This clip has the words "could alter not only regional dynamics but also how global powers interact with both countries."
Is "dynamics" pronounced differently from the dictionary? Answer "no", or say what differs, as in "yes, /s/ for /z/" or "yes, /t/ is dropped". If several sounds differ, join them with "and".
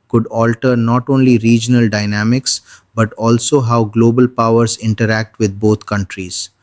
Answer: no